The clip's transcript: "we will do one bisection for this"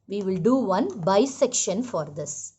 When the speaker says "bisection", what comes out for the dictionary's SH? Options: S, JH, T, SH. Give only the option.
SH